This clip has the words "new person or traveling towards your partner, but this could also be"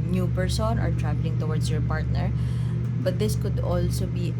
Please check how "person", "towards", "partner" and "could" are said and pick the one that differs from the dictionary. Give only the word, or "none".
towards